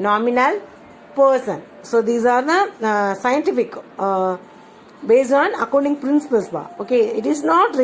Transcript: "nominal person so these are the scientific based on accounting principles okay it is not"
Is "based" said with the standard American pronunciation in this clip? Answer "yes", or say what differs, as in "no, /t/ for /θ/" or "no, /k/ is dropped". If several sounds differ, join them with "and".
no, /t/ is dropped